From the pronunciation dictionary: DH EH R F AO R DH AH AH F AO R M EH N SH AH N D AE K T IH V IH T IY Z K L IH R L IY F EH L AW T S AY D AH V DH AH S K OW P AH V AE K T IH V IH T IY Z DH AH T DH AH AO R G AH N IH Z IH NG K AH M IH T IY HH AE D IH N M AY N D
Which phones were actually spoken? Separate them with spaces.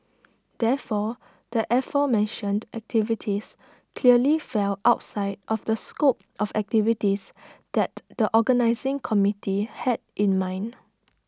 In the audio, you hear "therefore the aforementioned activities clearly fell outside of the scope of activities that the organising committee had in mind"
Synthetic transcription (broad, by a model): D EH F AO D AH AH F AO M EH N SH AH N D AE K T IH V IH T IY S K L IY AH L IY F EH L AW T S AY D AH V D AH S K OW P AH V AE K T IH V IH T IY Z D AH T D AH AO G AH N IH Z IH NG K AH M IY T IY HH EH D IH N M AY N